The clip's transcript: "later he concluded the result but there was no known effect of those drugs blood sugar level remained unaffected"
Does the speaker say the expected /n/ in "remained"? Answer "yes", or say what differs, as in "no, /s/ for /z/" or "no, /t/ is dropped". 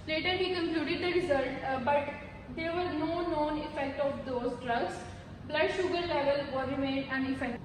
no, /n/ is dropped